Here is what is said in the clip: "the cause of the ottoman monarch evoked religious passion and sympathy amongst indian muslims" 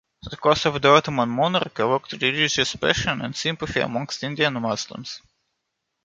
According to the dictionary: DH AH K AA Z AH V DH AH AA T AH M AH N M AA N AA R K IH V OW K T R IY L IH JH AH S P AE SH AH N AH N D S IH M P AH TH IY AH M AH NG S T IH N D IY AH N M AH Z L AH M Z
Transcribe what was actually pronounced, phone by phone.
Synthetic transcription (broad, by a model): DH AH K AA S AH V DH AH AA T AH M AH N M AA N AA R K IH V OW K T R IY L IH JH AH S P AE SH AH N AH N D S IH M P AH F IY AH M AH NG S T IH N D IY AH N M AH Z L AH M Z